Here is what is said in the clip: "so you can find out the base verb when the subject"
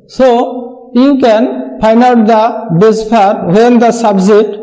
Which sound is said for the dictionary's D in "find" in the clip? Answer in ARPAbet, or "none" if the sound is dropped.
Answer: none